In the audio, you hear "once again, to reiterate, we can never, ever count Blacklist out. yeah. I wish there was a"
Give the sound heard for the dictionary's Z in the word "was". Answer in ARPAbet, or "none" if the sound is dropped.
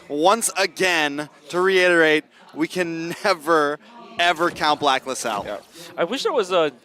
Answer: Z